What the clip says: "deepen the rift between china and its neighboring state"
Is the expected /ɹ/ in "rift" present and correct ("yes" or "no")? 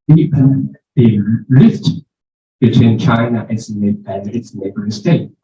no